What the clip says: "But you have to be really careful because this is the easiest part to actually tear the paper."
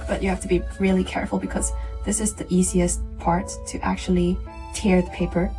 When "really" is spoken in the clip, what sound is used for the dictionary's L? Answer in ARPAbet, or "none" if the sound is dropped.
L